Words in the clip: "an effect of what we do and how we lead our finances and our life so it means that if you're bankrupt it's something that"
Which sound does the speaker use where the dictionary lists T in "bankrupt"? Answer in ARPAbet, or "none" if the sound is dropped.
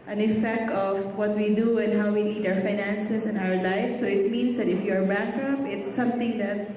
none